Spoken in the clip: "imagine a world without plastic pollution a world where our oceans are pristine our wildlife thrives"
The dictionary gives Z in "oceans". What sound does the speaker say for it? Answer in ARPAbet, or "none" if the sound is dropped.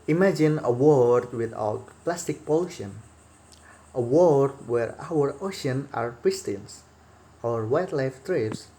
none